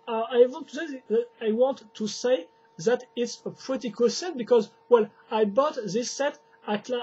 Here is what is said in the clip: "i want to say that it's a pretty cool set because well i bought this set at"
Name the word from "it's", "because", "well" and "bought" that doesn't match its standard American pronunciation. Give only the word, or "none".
none